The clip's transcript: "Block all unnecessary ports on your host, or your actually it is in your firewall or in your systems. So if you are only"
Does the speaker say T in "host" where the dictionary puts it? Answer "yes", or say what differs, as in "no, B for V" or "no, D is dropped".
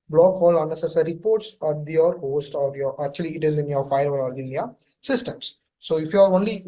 yes